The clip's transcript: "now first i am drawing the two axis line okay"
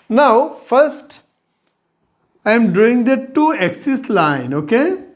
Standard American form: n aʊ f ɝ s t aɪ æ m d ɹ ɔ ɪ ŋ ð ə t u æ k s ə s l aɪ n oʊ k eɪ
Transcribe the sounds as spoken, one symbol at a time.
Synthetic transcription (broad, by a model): n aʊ f ɝ s t aɪ m d ɔ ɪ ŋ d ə t u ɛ k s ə s l aɪ n oʊ k eɪ